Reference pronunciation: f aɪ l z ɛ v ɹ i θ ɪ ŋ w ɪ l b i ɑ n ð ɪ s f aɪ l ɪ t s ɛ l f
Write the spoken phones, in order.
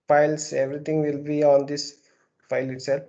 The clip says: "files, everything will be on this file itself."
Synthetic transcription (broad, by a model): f aɪ l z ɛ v ɹ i t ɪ ŋ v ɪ l b i ɑ n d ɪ s f aɪ l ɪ t s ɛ l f